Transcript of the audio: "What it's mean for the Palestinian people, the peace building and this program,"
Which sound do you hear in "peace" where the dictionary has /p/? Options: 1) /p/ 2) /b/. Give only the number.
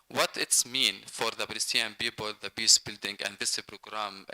2